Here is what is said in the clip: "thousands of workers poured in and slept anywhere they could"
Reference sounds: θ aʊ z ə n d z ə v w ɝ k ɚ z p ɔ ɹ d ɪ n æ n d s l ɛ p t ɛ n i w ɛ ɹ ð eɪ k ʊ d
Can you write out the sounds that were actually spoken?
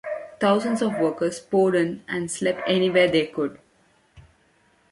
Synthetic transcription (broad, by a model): t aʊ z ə n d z ə v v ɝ k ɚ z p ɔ d ɪ n æ n d s l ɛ p ɛ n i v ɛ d eɪ k ʊ d